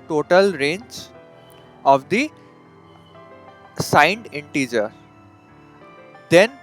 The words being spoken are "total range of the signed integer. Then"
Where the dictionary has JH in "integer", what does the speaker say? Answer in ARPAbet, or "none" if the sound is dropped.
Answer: JH